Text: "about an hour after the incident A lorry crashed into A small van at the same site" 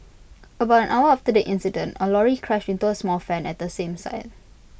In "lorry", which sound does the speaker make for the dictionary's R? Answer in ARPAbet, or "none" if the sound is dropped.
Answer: R